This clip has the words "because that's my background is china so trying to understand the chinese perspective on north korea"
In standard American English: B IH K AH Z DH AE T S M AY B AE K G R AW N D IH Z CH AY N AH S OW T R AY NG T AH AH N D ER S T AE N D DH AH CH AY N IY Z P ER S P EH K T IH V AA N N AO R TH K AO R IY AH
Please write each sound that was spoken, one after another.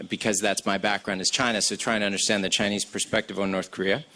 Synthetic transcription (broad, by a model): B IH K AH Z DH AE T S M AY B AE K G R AW N D IH Z CH AY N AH S OW T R AY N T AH AH N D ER S T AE N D DH AH CH AY N IY Z P ER S P EH K T IH V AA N N AO R TH K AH R IY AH